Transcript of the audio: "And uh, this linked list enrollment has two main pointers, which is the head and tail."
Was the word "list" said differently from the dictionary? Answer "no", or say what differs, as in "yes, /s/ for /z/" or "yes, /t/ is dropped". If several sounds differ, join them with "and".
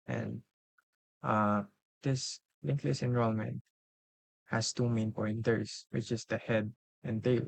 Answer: yes, /t/ is dropped